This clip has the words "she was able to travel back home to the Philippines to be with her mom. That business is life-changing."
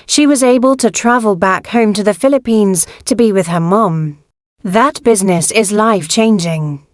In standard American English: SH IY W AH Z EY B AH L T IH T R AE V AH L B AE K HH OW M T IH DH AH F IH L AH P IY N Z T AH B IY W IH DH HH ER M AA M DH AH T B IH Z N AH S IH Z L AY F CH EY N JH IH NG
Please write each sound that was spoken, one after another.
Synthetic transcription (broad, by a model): SH IY W AH Z EY B AH L T IH T R AE V AH L B AE K HH OW M T IH DH AH F IH L AH P IY N Z T AH B IY W IH DH ER M AA M DH AH T B IH Z N AH S IH Z L AY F CH EY N JH IH NG